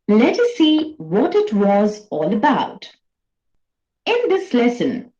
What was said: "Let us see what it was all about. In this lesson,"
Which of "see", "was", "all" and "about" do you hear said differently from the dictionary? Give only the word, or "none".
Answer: none